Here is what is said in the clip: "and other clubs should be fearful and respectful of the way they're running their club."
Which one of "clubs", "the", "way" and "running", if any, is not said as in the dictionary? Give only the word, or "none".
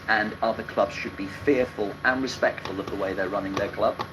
none